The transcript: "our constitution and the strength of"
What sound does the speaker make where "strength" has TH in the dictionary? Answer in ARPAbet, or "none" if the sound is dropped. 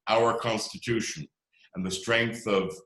TH